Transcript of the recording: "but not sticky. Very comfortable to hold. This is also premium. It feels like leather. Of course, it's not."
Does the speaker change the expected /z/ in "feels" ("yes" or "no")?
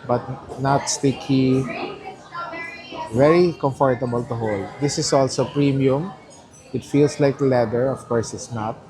yes